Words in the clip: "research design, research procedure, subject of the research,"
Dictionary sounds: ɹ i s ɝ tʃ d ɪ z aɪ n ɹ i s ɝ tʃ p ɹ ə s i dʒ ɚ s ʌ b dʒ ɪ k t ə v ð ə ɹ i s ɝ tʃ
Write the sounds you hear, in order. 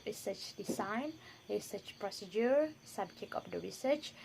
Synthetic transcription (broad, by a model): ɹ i s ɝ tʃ d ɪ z aɪ n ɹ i s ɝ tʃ p ɹ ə s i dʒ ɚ s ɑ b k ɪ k ə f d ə ɹ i s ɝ tʃ